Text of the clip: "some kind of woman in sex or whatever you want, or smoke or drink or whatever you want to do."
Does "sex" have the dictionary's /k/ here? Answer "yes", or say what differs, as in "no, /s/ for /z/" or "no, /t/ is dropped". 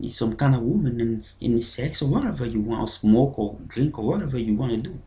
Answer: yes